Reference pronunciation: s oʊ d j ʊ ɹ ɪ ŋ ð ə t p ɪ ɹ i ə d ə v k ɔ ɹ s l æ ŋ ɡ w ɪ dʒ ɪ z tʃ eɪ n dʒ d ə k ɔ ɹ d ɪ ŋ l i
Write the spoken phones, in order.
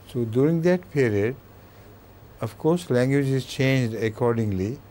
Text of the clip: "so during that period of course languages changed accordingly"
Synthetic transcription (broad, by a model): s oʊ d j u ɹ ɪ ŋ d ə t p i ɹ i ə d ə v k ɔ ɹ s l æ ŋ ɡ w ɪ dʒ ɪ z tʃ eɪ n dʒ d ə k ɔ ɹ d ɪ ŋ l i